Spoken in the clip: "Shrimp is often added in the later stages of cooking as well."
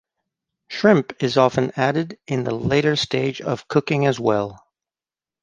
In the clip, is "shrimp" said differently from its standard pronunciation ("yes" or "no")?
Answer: no